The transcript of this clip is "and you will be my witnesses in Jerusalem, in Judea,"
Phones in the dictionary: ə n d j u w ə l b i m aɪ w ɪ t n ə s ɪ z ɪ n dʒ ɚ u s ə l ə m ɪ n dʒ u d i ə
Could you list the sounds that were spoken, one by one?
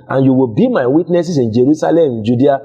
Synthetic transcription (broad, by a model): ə n j u w ə l b i m aɪ w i t n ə s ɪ s ɪ n dʒ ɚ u s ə l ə m ɪ n dʒ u d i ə